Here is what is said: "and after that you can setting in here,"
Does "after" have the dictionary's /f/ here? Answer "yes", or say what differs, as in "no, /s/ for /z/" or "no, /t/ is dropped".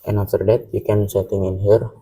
no, /f/ is dropped